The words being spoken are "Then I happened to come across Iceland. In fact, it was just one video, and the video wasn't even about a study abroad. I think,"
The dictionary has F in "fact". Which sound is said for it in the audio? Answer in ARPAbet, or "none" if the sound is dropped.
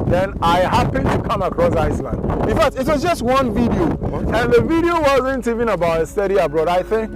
F